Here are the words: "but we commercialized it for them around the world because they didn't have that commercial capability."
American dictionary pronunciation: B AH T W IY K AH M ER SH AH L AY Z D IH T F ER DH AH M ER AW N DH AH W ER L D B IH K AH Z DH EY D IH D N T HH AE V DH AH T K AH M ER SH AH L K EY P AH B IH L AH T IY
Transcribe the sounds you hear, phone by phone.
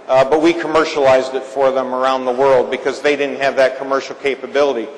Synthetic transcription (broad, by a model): B AH T W IY K AH M ER SH AH L AY Z D IH T F ER DH AH M ER AW N DH AH W ER L D B IH K AH Z DH EY D IH D N T HH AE V DH AH T K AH M ER SH L K EY P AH B IH L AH T IY